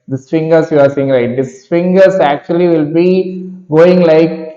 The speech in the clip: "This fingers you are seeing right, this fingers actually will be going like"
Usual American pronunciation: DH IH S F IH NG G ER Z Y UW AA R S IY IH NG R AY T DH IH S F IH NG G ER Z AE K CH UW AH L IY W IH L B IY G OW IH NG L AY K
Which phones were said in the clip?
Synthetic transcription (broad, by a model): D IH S F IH NG G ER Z Y UW AA R S IY IH NG L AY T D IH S F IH NG G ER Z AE K CH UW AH L IY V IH L B IY G OW IH NG L AY K